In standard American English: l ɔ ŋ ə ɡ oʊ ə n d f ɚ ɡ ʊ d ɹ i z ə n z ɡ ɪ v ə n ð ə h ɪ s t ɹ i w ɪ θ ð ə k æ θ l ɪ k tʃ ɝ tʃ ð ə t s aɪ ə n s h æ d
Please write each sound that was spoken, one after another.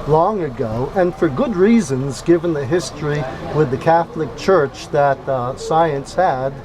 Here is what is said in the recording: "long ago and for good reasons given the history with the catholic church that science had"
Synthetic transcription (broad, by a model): l ɔ ŋ ə ɡ oʊ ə n f ɚ ɡ ʊ d ɹ i z ə n z ɡ ɪ v ə n ð ə h ɪ s t ɹ i w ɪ ð ə k æ θ l ɪ k tʃ ɝ tʃ ð ə t s aɪ ə n s h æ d